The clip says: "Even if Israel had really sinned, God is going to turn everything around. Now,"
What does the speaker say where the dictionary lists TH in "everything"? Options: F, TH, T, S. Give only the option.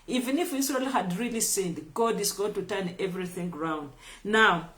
TH